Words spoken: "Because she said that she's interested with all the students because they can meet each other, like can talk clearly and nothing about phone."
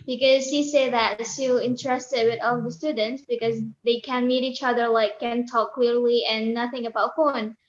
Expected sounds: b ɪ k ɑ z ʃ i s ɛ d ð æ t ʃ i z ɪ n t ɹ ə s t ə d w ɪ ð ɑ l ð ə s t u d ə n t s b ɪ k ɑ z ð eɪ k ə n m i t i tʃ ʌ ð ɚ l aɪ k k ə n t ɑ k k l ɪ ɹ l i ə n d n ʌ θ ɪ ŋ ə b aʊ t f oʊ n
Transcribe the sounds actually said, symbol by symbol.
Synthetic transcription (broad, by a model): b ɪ k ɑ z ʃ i s ɛ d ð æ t s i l ɪ n t ɹ ə s t ə d w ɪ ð ɑ l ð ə s t u d ə n t s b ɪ k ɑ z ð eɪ k ə n m i t i tʃ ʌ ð ɚ l aɪ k k ə n t ɑ k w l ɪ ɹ l i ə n n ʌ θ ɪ ŋ ə b aʊ t f oʊ n